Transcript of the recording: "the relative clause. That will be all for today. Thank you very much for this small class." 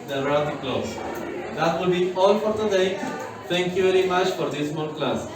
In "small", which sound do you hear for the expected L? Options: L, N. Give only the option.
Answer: N